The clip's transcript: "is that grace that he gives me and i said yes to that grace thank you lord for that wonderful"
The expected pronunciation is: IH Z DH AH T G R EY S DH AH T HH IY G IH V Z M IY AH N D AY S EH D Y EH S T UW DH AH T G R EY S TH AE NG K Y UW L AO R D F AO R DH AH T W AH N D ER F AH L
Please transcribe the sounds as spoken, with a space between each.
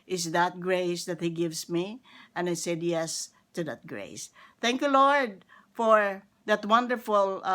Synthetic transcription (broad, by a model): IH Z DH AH T G R EY S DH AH T HH IY G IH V S M IY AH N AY S EH D Y EH S T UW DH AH T G R EY S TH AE NG K Y UW L AO R D F AO R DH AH T W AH N D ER F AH L